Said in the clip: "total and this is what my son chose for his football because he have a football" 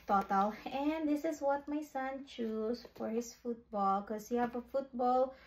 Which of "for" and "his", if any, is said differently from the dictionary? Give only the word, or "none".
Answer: his